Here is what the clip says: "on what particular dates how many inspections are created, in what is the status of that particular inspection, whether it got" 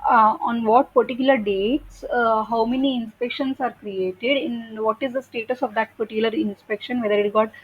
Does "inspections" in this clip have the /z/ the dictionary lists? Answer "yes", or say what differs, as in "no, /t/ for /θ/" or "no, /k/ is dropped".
no, /s/ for /z/